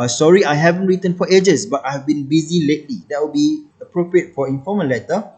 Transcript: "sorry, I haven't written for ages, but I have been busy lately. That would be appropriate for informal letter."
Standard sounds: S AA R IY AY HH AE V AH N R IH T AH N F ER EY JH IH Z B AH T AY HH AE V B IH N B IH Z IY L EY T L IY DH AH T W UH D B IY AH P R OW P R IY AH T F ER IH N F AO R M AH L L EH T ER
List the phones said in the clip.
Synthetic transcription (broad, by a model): S AA R IY AY HH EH V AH N R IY T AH N F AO EY JH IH S B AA T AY HH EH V B IH N B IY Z IY L EY T L IY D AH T W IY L B IY AH P R OW P R IY AH T F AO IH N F AO M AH N L EH T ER